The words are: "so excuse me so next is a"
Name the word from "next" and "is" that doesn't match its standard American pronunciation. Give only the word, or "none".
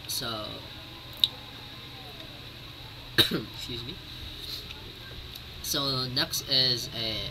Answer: none